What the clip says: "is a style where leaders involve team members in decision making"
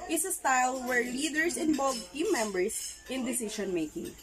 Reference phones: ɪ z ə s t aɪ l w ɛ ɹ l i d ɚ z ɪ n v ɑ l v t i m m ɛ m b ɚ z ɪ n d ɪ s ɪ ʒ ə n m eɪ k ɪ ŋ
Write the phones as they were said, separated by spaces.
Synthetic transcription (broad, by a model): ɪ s ə s t aɪ l w ɛ ɹ l i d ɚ s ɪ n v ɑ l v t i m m ɛ m b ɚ s ɪ n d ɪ s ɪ ʃ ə n m eɪ k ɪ ŋ